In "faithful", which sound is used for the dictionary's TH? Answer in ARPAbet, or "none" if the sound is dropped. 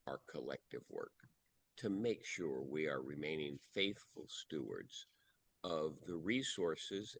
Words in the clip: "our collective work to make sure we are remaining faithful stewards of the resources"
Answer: TH